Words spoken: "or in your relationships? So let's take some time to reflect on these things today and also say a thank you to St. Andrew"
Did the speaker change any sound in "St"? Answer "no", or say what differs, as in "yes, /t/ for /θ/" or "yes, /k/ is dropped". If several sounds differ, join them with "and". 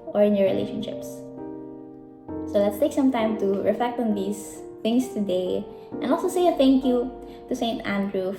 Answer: no